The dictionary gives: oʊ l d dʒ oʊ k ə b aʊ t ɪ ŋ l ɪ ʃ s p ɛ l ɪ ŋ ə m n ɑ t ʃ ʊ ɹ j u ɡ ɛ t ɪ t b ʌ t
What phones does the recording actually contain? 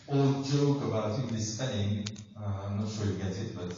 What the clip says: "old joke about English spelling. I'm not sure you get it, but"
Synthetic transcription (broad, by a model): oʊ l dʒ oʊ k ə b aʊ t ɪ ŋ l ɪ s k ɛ n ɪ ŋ ə m n ɑ t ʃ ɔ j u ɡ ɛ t ɪ t b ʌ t